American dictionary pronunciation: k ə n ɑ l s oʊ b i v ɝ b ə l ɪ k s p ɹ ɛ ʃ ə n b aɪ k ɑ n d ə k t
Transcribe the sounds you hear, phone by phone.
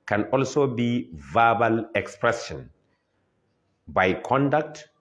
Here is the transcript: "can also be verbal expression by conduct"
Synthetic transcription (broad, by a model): k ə n ɑ l s oʊ b i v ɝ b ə l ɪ k s p ɹ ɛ s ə n b aɪ k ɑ n d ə k t